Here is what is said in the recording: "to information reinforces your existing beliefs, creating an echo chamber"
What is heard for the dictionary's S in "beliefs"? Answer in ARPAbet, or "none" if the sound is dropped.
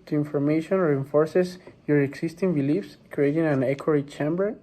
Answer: S